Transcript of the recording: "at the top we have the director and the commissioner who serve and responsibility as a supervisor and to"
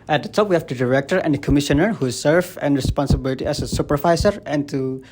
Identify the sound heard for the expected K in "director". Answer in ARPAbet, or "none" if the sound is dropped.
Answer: K